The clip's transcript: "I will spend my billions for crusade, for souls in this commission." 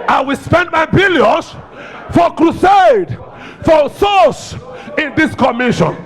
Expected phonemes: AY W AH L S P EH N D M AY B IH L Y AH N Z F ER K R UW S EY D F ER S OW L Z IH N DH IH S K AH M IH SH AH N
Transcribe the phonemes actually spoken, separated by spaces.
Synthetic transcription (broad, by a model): AY W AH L S P EH N D M AY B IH L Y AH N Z F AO K R UW S EY D F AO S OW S IH N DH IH S K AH M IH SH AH N